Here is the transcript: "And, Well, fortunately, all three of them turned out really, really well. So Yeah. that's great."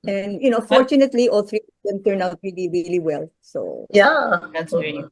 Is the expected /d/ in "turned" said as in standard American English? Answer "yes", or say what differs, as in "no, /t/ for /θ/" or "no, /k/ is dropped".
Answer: no, /d/ is dropped